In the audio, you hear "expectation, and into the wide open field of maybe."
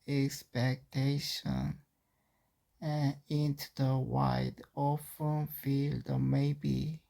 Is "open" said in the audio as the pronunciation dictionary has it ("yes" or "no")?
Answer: no